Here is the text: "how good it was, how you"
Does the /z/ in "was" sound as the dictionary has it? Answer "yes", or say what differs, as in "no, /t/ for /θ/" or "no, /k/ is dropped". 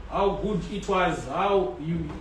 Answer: yes